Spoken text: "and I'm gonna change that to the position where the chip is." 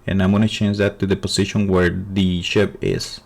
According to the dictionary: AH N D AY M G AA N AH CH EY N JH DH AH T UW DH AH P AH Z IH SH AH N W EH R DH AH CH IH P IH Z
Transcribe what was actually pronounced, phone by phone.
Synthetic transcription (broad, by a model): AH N AY M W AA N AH CH EY N JH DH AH T UW DH AH P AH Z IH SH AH N W EH R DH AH SH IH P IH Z